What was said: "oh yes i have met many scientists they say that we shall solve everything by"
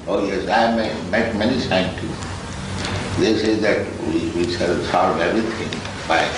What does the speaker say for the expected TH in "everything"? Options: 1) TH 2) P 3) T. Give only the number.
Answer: 3